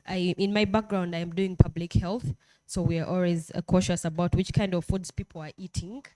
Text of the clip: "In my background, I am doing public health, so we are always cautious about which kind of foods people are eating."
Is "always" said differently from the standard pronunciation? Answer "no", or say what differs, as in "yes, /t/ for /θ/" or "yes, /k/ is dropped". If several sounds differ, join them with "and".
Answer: no